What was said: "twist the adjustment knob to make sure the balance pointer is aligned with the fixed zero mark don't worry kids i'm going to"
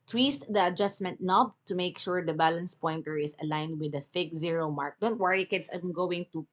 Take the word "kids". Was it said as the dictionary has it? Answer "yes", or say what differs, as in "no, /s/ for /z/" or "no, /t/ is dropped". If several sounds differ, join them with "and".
no, /s/ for /z/